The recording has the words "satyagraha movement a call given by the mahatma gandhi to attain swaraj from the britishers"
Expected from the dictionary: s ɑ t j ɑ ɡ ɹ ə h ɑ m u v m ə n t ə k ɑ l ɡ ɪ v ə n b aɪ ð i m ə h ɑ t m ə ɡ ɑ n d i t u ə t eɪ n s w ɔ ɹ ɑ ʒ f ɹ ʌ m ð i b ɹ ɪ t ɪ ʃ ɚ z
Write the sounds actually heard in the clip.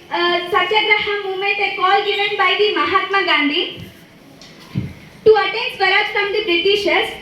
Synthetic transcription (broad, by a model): s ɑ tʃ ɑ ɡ ɹ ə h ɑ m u m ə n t ə k ɑ l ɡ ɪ v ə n b aɪ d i m ə h ɑ t m ə ɡ ɑ n d i t u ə t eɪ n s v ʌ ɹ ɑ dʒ f ɹ ʌ m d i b ɹ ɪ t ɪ ʃ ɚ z